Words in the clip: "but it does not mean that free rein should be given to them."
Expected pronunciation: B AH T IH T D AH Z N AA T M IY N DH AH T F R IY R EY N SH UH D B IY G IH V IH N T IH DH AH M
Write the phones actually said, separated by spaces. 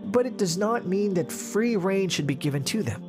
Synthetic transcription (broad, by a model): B AH T IH T D AH Z N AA T M IY N DH AH T F R IY R EY N SH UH D B IY G IH V IH N T IH DH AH M